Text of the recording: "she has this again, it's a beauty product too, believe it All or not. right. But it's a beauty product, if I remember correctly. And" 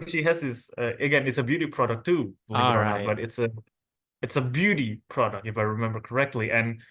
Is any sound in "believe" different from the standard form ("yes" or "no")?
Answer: yes